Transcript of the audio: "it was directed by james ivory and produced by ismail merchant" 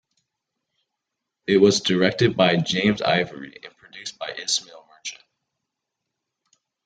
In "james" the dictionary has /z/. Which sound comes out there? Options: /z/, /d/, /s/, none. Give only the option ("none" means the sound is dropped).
/z/